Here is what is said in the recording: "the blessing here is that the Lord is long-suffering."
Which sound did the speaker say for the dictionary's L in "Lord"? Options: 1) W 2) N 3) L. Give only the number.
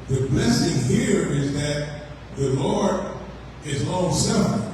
3